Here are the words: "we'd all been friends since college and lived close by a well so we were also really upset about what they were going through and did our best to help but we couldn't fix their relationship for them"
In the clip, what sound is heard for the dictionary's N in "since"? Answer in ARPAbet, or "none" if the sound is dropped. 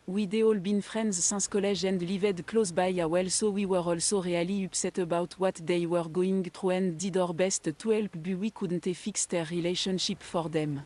none